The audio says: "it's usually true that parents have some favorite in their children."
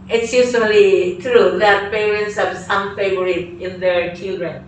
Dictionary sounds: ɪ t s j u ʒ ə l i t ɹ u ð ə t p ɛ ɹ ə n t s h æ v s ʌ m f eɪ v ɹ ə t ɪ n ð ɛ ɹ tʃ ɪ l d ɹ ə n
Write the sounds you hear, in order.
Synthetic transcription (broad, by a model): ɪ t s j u s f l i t ɹ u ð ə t p ɛ ɹ ə n t s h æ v s ʌ m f eɪ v ɹ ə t ɪ n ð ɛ ɹ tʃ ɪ l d ɹ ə n